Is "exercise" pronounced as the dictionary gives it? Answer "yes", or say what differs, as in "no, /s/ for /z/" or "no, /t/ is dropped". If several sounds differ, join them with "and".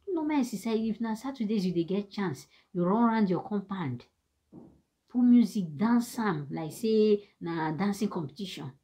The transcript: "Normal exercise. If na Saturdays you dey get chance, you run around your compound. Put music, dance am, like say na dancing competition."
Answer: no, /z/ is dropped